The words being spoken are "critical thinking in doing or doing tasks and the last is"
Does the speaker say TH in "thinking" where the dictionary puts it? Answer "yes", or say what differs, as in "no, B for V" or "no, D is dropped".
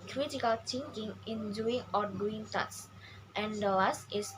no, T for TH